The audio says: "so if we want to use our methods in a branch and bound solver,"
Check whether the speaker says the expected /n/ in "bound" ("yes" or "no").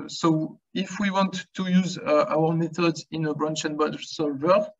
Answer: no